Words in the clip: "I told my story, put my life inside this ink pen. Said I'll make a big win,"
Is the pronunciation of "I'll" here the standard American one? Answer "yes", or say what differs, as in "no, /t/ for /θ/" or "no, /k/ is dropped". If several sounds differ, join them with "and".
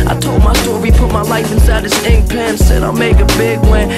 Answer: yes